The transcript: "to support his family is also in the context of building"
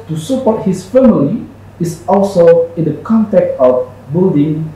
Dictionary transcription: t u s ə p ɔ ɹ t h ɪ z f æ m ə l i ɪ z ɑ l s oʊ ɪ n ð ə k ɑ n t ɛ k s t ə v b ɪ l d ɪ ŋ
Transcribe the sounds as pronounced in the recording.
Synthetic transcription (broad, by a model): t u s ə p ɔ t h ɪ s f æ m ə l i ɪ s ɑ l s oʊ ɪ n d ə k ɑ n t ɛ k t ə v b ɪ l d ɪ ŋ